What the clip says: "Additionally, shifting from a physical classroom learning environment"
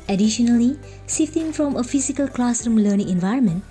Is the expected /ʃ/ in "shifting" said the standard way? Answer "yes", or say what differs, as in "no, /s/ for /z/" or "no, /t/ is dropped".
no, /s/ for /ʃ/